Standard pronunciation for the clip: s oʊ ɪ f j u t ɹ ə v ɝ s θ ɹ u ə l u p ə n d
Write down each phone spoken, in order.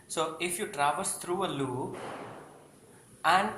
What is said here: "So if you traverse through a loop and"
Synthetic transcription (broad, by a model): s oʊ ɪ f j u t ɹ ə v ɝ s t ɹ u ə l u ə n